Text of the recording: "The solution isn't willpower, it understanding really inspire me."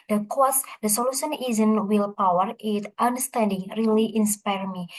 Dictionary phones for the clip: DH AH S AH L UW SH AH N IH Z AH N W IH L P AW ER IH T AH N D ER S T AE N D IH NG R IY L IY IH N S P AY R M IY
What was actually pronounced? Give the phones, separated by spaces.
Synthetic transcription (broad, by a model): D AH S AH L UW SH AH N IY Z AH N W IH L P AW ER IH T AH N D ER S T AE N D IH NG R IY L IY IH N S P AY R M IY